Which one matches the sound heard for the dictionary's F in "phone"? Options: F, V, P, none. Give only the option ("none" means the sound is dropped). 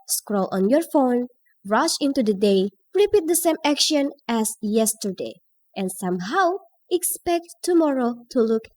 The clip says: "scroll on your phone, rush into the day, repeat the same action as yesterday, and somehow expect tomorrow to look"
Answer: F